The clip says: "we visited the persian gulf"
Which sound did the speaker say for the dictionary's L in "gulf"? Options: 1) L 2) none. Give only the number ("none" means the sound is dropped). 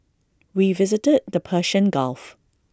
1